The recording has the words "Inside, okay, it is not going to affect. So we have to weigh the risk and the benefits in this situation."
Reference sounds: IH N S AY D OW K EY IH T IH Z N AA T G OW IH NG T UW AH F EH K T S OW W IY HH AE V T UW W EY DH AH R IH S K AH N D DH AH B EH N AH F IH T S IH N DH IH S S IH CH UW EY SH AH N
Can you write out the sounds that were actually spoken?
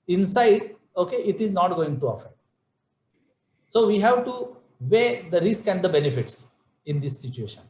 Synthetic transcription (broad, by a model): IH N S AY D OW K EY IH T IH Z N AA T G OW IH NG T UW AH F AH T S OW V IY HH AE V T UW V EY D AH R IH S K AH N D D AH B EH N AH F IH T S IH N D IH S S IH CH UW EY SH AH N